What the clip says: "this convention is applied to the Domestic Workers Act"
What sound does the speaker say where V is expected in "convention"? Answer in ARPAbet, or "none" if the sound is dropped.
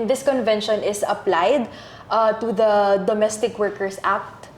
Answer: V